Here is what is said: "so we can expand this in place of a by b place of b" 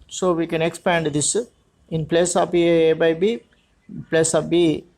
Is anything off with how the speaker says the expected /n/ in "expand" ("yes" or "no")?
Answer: no